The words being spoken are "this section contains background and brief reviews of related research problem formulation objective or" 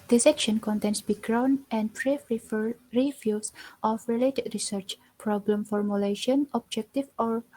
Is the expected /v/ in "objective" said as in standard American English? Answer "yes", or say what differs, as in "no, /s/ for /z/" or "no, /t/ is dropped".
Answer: no, /f/ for /v/